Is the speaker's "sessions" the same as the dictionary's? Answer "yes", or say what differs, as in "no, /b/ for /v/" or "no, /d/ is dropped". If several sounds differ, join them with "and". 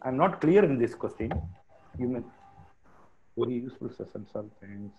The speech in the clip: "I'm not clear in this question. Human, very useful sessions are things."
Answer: no, /s/ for /ʃ/ and /s/ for /z/